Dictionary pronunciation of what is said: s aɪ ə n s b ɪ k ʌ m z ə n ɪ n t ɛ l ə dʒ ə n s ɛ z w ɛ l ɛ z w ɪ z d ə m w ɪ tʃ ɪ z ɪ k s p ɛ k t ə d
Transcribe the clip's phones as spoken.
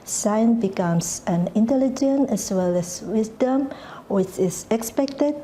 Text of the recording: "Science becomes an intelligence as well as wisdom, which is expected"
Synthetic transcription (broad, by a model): s aɪ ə n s b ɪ k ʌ m s ə n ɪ n t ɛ l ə dʒ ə n ɛ s w ɛ l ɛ s w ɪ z d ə m w ɪ tʃ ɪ s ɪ k s p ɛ k t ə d